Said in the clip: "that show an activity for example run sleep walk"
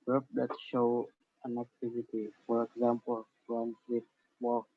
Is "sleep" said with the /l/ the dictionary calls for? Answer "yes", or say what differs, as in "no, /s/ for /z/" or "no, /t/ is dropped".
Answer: no, /l/ is dropped